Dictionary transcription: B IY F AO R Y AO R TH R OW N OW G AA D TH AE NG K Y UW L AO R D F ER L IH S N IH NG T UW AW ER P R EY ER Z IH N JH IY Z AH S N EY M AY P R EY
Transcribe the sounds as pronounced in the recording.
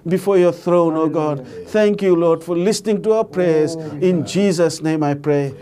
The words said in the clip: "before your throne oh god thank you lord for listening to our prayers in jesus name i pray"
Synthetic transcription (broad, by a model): B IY F AO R Y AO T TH R OW N OW G AA D T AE NG K Y UW L AO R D F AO L IH S N IH NG T UW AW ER P R EY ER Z IH N JH IY Z AH S N EY M AY P R EY